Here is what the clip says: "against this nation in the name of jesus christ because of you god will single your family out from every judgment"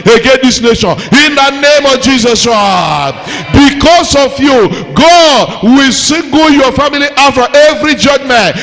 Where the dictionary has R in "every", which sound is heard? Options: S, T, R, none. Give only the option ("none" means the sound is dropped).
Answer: R